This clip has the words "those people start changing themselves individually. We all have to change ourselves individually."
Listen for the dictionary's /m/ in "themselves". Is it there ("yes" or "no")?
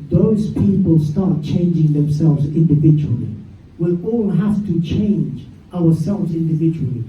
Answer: yes